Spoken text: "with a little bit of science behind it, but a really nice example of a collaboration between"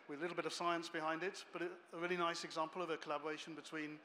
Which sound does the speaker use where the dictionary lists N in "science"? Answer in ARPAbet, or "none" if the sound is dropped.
N